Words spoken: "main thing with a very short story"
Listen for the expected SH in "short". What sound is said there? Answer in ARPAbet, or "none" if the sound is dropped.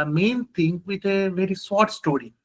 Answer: S